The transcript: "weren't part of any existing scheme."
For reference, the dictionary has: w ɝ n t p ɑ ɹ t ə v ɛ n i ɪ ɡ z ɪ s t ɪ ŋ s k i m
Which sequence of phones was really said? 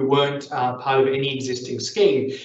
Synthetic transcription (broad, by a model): w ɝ n t p ɑ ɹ t ə v ɛ n i ɪ ɡ z ɪ s t ɪ ŋ s k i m